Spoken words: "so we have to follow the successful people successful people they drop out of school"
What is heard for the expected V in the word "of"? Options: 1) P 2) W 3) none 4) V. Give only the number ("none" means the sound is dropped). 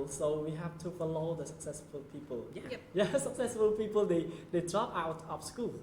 1